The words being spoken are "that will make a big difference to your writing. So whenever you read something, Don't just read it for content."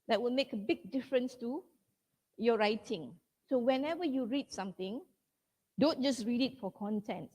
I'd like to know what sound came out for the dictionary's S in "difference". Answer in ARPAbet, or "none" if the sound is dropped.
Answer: S